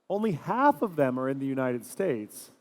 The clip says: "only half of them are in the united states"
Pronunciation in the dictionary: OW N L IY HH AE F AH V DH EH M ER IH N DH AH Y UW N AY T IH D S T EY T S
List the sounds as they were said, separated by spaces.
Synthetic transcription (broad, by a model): OW N L IY HH AE F AH V DH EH M ER IH N DH AH Y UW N AY T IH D S T EY T S